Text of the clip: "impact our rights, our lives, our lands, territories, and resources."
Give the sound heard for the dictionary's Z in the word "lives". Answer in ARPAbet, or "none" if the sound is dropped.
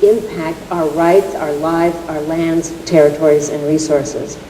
Z